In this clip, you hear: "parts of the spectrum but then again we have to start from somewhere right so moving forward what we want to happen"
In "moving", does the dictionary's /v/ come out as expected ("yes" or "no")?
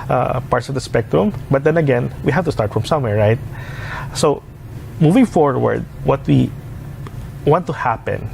yes